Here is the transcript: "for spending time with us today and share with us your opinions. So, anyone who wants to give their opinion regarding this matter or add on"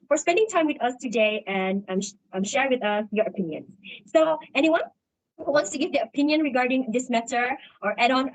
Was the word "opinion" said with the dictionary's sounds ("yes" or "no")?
yes